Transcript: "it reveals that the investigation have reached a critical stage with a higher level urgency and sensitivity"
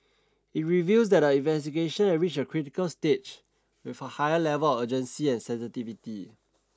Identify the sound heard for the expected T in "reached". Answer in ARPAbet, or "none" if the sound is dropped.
none